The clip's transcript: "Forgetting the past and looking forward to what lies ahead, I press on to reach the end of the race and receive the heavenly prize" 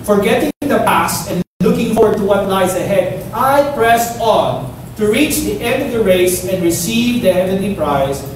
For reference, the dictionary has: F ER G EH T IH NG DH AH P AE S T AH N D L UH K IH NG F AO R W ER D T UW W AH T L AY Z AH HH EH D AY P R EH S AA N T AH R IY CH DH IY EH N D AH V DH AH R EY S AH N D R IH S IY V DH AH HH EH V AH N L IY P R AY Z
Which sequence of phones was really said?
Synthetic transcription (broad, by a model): F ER G EH T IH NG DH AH P AE S T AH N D L UH K IH NG F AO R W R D T UW W AH T L AY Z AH HH EH D AY P R EH S AA N T AH R IY CH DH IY EH N D AH V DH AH R EY S AH N D R IH S IY V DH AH HH EH V AH N L IY P R AY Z